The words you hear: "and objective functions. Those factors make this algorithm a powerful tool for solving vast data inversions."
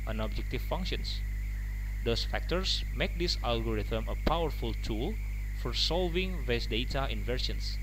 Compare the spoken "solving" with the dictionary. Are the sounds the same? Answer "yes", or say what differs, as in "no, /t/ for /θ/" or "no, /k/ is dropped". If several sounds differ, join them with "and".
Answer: yes